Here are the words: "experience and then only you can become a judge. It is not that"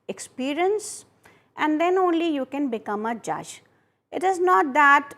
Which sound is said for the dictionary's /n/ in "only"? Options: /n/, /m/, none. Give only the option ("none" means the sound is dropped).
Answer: /n/